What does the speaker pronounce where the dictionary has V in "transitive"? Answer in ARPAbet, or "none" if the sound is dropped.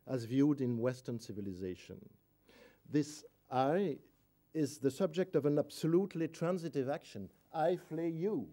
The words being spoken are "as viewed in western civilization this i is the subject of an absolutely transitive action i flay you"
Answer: V